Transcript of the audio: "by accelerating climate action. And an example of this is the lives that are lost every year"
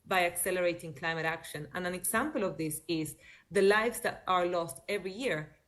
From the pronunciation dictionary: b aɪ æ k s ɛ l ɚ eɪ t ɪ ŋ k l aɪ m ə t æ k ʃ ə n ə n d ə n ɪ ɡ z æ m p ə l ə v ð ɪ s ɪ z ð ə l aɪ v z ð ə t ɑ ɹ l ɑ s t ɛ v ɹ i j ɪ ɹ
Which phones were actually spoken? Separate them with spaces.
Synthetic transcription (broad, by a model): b aɪ æ k s ɛ l ɚ eɪ t ɪ ŋ k l aɪ m ə t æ k ʃ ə n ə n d ə n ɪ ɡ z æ m p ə l ə v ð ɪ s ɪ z ð ə l aɪ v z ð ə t ɑ ɹ l ɑ s t ɛ v ɹ i j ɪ ɹ